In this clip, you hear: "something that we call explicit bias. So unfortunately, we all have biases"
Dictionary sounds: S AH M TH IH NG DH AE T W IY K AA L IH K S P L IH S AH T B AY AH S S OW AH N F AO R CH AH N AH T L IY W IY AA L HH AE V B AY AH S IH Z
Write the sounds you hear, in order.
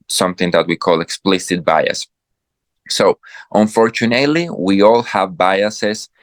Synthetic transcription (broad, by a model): S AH M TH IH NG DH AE T W IY K AA L IH K S P L IH S AH T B AY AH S S OW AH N F AO R CH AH N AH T L IY W IY AA L HH AE V B AY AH S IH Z